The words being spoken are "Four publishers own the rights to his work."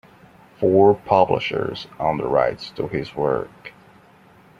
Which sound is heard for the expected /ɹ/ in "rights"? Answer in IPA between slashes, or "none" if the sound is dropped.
/ɹ/